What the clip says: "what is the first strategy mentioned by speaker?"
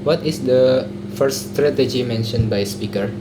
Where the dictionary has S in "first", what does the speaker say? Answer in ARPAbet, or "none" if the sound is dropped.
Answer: none